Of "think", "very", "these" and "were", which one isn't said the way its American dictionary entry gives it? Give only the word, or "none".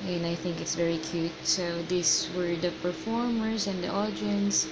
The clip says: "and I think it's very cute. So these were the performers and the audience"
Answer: these